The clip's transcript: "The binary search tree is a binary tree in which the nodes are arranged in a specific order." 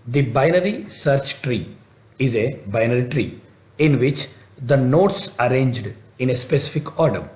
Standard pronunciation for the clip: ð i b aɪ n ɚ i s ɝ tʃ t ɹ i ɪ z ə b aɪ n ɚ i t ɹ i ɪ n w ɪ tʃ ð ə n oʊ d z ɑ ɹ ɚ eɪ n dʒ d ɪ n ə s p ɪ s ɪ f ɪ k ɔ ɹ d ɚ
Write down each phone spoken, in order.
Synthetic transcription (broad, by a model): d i b aɪ n ɚ i s ɝ tʃ t ɹ i ɪ z ə b aɪ n ɚ i t ɹ i ɪ n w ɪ tʃ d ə n oʊ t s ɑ ɹ eɪ n dʒ d ɪ n ə s p ɪ s ɪ f ɪ k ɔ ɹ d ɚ